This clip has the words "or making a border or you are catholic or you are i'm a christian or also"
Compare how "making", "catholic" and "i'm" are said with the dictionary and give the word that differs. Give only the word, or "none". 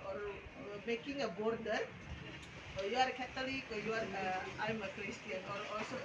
catholic